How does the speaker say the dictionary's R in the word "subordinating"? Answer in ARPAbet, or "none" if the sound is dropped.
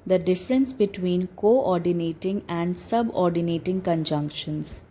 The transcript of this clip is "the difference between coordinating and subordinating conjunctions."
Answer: R